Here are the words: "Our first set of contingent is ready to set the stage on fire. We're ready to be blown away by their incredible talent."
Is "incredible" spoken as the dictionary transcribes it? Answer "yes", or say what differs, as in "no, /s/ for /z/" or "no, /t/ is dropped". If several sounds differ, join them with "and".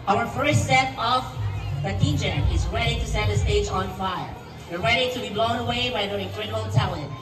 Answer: no, /n/ is dropped